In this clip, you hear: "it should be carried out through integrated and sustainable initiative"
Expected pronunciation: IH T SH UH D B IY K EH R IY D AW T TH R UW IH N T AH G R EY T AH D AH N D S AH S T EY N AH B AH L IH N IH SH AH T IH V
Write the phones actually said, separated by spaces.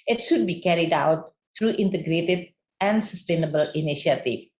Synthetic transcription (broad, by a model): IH T SH UH D B IY K EH R IY D AW T T R UW IH N T AH G R EY T AH D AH N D S AH S T EY N AH B AH L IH N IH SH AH T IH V